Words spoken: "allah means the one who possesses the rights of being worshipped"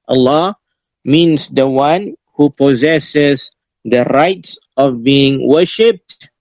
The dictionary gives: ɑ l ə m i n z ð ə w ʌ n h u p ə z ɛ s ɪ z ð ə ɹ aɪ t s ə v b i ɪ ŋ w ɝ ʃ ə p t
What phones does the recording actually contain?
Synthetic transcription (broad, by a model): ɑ l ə m i n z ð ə w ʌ n h u p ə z ɛ s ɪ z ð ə ɹ aɪ t s ə v b i ɪ ŋ w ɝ ʃ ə p t